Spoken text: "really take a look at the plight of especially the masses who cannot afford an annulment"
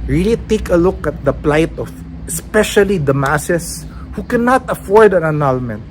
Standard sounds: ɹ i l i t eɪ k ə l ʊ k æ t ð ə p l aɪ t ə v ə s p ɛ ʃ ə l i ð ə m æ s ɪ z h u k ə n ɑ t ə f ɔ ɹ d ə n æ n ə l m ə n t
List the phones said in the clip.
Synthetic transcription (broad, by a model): ɹ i l i t eɪ k ə l ʊ k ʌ t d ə p l aɪ t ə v ə s p ɛ ʃ ə l i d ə m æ s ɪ s h u k ə n ɑ t ə f ɔ ɹ d ə n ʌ n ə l m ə n t